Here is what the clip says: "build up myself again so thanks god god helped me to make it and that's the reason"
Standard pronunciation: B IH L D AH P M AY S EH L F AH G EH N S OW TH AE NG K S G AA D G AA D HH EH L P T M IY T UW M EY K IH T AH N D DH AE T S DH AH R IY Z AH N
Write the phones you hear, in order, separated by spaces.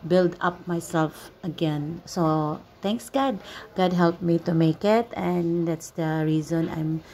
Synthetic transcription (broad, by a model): B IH L D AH P M AY S EH L F AH G EH N S OW T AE NG K S G AA D G AA D HH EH L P M IY T UW M EY K IH T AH N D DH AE T S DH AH R IY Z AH N